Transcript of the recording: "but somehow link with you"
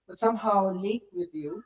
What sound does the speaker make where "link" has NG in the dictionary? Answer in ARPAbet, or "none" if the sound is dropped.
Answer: none